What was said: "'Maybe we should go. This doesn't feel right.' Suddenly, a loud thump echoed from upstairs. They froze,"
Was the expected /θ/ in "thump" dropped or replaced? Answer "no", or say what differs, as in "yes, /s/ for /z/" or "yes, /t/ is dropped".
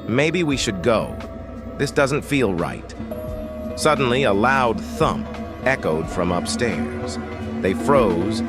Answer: no